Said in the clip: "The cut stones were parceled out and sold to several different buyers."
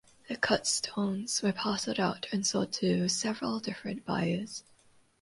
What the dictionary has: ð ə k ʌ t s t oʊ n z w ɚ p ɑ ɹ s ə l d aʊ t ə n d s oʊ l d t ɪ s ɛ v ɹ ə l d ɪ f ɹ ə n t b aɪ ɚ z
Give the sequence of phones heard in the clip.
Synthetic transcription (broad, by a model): ð ə k ʌ t s t oʊ n z w ɚ p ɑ s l d aʊ t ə n s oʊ d t ɪ s ɛ v ɹ ə l d ɪ f ɹ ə n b aɪ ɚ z